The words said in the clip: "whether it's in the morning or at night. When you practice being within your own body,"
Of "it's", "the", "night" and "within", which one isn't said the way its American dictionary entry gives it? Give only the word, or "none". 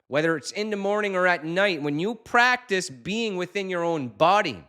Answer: none